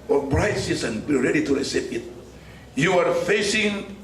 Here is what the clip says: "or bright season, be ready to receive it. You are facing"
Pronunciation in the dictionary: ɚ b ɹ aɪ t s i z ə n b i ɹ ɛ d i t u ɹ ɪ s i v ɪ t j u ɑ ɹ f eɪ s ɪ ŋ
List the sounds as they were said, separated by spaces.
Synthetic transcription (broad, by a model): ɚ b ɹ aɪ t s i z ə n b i ɹ ɛ d i t u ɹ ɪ s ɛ p ɪ t j u ɑ ɹ f eɪ s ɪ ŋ